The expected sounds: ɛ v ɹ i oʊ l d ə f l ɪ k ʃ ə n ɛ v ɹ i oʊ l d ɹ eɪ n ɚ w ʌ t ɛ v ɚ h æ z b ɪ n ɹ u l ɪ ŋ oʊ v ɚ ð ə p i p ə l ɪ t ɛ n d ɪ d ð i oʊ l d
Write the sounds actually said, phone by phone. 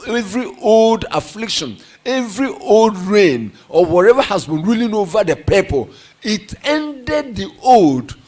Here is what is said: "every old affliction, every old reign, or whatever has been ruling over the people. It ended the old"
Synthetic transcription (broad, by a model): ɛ v ɹ i oʊ l d ə f l ɪ k ʃ ə n ɛ v ɹ i oʊ l d ɹ eɪ n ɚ w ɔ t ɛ v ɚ h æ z b ɪ n ɹ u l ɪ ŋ oʊ v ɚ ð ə p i p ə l ɪ t ɛ n d ɪ d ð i oʊ l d